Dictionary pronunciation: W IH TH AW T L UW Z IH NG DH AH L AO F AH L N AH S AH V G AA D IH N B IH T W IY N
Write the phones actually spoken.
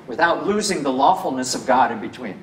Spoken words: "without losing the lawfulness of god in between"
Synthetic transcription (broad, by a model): W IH TH AW T L UW Z IH NG DH AH L AO F L N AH S AH V G AA D IH N B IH T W IY N